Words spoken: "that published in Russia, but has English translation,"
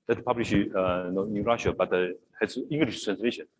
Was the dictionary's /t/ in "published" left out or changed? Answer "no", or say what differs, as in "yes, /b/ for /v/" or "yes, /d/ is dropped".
yes, /t/ is dropped